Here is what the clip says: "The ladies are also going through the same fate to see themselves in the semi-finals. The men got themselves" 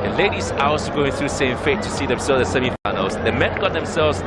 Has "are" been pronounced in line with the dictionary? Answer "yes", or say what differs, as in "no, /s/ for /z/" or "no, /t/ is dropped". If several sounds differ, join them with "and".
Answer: no, /w/ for /ɹ/